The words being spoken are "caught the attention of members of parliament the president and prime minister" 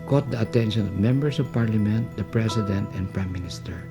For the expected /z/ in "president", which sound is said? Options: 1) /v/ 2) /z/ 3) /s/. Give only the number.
3